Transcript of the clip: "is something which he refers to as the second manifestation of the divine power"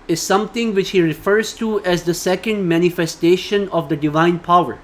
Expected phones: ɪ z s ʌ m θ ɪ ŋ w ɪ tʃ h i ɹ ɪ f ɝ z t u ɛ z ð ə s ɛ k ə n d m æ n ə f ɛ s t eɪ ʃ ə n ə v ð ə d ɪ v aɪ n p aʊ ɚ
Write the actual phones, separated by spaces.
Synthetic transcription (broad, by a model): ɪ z s ʌ m t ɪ ŋ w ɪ tʃ h i ɹ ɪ f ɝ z t u ɛ z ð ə s ɛ k ə n d m æ n ə f ɛ s t eɪ ʃ ə n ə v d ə d ɪ v aɪ n p aʊ ɚ